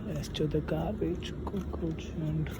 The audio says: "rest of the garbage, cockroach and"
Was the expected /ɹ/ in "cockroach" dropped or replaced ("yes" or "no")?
yes